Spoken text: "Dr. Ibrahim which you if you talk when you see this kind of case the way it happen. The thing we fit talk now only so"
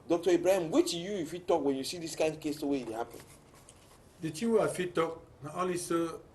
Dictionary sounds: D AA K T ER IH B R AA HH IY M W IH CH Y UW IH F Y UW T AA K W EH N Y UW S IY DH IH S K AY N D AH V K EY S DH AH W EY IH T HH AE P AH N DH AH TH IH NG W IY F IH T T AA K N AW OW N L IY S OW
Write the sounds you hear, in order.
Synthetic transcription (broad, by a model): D AA K T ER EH B R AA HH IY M W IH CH Y UW IH F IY T AA K W EH N Y UW S IY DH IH S K AY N AH K EY S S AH W EY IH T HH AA P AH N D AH T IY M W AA F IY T T AA K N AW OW L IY S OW